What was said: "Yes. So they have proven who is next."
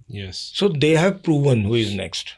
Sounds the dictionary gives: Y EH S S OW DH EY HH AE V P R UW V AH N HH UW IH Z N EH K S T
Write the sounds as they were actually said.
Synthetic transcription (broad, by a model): Y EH S S OW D EY HH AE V P R UW V AH N HH UW IH Z N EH K S T